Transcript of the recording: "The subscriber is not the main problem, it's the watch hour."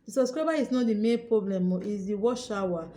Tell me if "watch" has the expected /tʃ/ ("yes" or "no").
no